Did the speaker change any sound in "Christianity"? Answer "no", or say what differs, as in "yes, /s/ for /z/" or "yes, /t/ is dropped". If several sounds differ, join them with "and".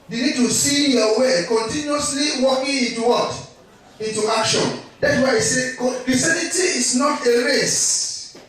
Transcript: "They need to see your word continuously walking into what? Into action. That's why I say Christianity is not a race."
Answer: yes, /tʃ/ is dropped